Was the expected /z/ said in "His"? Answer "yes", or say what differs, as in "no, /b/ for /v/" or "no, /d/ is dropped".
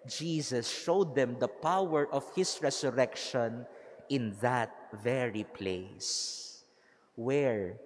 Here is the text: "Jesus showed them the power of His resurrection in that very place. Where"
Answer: no, /s/ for /z/